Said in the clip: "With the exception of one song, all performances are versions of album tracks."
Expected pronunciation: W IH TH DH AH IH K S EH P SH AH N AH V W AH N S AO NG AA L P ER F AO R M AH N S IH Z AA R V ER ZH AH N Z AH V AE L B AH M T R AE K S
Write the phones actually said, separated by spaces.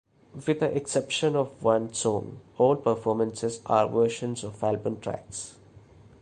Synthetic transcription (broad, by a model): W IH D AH IH K S EH P SH AH N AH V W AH N S AO NG AA L P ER F AO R M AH N S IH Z AA R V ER SH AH N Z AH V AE L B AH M T R AE K S